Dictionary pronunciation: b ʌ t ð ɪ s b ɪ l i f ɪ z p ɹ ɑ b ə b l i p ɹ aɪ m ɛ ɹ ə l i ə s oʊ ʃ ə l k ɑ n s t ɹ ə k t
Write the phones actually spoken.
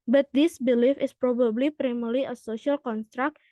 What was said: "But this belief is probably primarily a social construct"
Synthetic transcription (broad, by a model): b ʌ t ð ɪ s b ɪ l i f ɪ s p ɹ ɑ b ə b l i p ɹ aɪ m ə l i ə s oʊ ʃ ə l k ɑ n s t ɹ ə k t